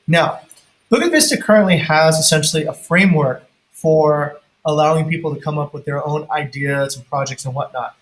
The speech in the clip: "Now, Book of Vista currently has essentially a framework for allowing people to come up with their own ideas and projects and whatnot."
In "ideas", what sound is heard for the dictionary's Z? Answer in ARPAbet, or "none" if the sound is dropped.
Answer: Z